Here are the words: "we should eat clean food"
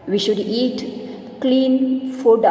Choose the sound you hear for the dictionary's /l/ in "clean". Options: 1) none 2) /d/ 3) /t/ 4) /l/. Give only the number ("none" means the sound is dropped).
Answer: 4